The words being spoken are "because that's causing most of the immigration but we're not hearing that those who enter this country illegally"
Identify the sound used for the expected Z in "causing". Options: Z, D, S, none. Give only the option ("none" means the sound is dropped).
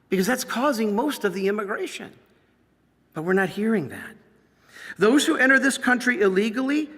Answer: Z